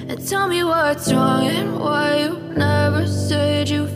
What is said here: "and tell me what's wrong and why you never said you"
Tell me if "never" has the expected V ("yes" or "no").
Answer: yes